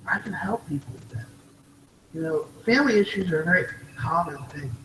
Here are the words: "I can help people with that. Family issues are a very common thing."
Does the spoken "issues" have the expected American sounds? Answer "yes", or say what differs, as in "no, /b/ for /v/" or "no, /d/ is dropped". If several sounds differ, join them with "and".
yes